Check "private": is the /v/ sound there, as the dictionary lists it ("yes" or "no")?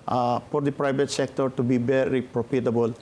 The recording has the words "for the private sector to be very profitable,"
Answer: no